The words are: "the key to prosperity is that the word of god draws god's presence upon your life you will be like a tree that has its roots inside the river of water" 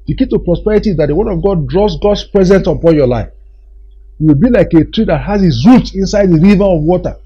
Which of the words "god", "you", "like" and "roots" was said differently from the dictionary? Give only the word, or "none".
roots